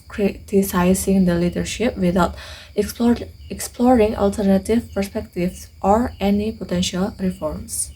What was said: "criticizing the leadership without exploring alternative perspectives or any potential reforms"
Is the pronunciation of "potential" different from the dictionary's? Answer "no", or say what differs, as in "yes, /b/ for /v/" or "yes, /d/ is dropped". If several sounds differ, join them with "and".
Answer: no